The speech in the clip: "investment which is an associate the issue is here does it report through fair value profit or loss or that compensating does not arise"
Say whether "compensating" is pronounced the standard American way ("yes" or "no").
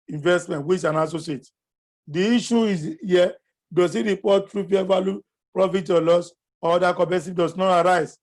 no